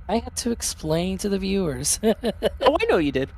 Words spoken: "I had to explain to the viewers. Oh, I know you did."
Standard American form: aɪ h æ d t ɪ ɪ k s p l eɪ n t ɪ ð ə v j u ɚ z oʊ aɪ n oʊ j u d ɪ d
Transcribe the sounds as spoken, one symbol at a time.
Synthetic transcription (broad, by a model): aɪ h æ d t ɪ ɪ k s p l eɪ n t ɪ ð ə v j u ɚ z oʊ aɪ n oʊ j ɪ d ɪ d